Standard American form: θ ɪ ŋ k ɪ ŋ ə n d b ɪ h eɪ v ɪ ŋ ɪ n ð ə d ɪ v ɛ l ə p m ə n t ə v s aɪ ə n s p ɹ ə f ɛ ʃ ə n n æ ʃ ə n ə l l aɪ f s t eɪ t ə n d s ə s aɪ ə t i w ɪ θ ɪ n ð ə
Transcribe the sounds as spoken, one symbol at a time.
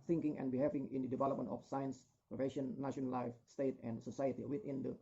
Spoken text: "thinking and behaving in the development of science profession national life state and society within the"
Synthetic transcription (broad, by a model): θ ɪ ŋ k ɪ ŋ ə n b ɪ h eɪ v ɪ ŋ ɪ n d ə d ɪ v ɛ l ə p m ə n t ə f s aɪ ə n s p ə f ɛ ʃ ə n n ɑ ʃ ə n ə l l aɪ f s t eɪ t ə n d s ə s aɪ ə t i w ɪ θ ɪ n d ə